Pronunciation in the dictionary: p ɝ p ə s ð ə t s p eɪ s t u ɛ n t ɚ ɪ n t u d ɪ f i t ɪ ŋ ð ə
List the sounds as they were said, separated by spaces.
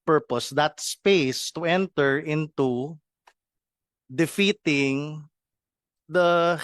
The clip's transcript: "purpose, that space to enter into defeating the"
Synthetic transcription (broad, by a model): p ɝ p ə s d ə t s p eɪ s t u ɛ n t ɚ ɪ n t u d ɪ f i t ɪ ŋ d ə